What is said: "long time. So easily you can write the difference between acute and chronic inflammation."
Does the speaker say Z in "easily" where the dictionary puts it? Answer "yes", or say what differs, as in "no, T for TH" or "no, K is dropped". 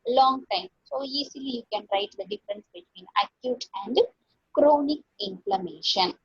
no, S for Z